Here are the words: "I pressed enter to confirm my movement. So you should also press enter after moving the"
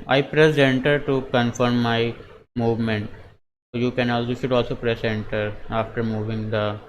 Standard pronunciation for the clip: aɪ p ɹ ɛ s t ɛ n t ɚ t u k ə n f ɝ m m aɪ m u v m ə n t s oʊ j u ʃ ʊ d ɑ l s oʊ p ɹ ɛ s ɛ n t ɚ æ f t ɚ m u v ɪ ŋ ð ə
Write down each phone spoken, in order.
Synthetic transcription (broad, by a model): aɪ p ɹ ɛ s ɛ n t ɚ t u k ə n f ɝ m m aɪ m u v m ə n t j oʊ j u ʃ ʊ d ɑ l s oʊ p ɹ ɛ s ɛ n t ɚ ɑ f t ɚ m u v ɪ ŋ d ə